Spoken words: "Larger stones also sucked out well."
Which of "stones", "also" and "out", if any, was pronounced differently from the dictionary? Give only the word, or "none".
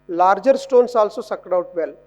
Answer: stones